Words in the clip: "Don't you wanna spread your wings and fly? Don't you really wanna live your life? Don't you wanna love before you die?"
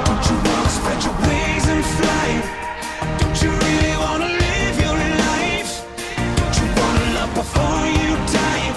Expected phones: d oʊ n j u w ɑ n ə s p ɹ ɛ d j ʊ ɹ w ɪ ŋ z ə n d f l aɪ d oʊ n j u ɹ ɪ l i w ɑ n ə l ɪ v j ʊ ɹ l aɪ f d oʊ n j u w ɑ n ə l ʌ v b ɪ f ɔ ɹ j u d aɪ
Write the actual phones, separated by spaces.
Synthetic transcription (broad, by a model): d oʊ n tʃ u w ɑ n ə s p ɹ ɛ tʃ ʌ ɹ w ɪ z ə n f l aɪ d oʊ n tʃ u ɹ ɪ l i w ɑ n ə l ɪ v j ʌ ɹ n aɪ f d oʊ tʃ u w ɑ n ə l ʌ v b ɪ f ɔ ɹ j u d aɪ